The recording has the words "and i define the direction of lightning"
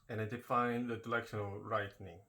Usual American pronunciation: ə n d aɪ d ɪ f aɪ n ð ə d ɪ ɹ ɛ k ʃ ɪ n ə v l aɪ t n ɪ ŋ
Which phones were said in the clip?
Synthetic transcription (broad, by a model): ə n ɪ d ɪ f aɪ n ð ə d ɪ l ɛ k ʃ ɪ n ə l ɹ aɪ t n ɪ ŋ